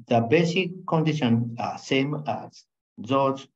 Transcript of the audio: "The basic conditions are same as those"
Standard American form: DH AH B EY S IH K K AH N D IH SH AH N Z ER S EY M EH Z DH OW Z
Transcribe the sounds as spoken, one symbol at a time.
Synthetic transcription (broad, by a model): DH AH B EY S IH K K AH N D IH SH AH N ER S EY M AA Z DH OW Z